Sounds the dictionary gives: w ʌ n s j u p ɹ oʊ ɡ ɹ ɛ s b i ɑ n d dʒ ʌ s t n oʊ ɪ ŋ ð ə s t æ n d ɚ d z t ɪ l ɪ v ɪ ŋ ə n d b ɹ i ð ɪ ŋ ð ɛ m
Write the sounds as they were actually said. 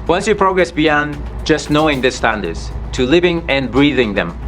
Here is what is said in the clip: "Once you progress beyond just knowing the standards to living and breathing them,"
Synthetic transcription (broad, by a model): w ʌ n s j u p ɹ oʊ ɡ ɹ ɛ s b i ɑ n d dʒ ʌ s t n oʊ ɪ ŋ ð ə s t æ n d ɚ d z t ɪ l ɪ v ɪ ŋ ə n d b ɹ i ð ɪ ŋ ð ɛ m